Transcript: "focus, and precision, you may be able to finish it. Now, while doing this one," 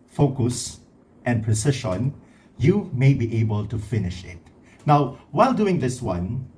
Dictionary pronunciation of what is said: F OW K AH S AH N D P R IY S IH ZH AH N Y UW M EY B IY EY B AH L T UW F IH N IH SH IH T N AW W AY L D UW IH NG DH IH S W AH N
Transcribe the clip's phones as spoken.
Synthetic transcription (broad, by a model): F OW K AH S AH N P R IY S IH SH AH N Y UW M EY B IY EY B AH L T UW F IH N IH SH IH T N AW W AY L D UW IH NG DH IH S W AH N